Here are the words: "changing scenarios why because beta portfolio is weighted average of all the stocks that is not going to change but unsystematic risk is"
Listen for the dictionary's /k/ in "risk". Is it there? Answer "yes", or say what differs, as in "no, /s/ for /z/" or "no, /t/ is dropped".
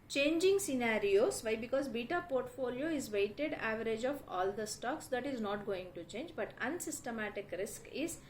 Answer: yes